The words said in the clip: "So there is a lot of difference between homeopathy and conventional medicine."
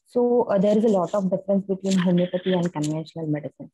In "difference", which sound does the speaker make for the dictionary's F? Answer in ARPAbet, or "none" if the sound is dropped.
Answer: F